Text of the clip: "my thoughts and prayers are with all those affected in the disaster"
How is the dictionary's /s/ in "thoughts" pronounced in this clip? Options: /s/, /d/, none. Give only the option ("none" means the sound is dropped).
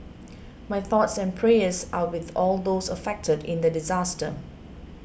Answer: /s/